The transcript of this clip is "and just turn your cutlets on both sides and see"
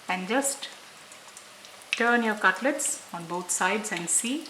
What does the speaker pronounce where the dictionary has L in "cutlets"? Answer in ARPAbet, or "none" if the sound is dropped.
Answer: L